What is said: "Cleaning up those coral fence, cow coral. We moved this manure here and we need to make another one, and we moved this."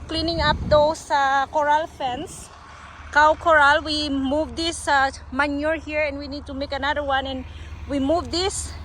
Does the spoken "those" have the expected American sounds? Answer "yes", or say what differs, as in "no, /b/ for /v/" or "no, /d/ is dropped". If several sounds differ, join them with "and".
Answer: no, /s/ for /z/